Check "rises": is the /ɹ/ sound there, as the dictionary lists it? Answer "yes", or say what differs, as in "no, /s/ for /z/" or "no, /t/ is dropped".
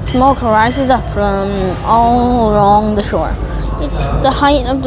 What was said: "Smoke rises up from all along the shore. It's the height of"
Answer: yes